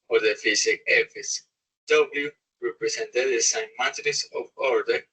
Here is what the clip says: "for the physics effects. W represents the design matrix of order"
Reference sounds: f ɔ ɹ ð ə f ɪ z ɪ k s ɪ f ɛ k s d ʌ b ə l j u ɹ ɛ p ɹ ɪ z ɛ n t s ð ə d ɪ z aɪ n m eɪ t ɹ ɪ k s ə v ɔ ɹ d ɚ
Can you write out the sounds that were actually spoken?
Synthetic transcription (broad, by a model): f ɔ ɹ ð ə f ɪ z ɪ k ɪ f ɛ s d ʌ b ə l j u ɹ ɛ p ɹ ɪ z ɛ n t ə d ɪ s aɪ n m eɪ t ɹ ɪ s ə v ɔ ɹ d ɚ